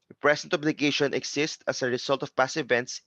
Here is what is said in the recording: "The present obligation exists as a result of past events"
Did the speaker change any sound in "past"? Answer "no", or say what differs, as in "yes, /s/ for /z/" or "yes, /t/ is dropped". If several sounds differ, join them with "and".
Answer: yes, /t/ is dropped